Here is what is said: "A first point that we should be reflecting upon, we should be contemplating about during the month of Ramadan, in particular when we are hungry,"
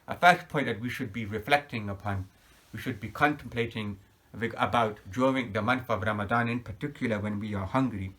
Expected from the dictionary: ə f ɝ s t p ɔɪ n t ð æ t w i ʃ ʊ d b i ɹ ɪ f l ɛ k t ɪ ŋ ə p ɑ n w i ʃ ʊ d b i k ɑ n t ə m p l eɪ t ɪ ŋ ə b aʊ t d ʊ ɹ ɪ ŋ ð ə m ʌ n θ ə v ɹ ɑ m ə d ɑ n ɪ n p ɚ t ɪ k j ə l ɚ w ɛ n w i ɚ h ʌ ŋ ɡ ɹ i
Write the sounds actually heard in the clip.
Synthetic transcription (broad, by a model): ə f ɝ s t p ɔɪ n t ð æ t w i ʃ ʊ d b i ɹ ɪ f l ɛ k t ɪ ŋ ə p ɑ n w i ʃ ʊ d b i k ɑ n t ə m p l eɪ t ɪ ŋ ə b aʊ t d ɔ ɪ ŋ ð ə m ʌ n θ ə v ɹ ɑ m ə d ɑ n ɪ n p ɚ t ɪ k j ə l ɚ w ɛ n w i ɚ h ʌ ŋ ɡ ɹ i